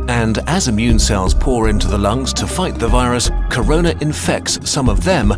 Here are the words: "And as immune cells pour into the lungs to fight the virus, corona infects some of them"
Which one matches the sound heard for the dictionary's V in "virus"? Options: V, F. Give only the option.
V